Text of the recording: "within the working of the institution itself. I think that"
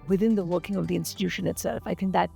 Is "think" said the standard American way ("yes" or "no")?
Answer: yes